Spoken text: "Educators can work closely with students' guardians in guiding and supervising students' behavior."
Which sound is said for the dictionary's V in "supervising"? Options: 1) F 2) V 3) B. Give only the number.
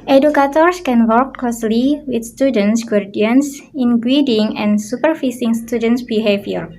1